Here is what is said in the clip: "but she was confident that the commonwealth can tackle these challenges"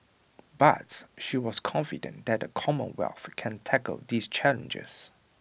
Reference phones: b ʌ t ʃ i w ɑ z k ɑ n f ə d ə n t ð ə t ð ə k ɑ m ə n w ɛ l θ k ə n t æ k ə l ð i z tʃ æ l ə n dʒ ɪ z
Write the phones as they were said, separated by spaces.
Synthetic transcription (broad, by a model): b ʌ t ʃ i w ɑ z k ɑ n f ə d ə n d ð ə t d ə k ɑ m ə n w ɛ l θ k ə n t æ k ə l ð i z tʃ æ l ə n dʒ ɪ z